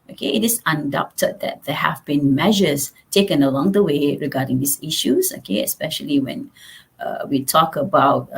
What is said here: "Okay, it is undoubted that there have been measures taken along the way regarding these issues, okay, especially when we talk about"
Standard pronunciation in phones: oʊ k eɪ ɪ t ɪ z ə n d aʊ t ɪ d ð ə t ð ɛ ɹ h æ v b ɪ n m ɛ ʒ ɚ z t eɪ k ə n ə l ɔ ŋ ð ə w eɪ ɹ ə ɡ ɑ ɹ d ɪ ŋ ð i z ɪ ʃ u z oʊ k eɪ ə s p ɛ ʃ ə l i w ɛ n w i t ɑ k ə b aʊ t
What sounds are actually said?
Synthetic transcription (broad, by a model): oʊ k eɪ ɪ t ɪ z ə n d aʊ t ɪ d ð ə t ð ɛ h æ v b ɪ n m ɛ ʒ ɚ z t eɪ k ə n ə l ɔ ŋ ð ə w eɪ ɹ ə ɡ ɑ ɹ d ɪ ŋ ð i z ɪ ʃ u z oʊ k eɪ ə s p ɛ ʃ ə l i w ɛ n w i t ɑ k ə b aʊ t